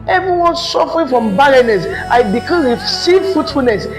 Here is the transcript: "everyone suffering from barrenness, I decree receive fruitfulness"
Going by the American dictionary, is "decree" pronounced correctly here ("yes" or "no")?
no